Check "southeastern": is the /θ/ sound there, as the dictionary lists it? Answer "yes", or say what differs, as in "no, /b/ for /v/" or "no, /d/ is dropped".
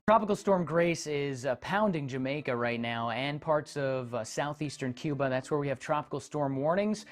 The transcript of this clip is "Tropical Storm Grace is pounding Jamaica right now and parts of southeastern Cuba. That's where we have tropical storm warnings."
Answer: yes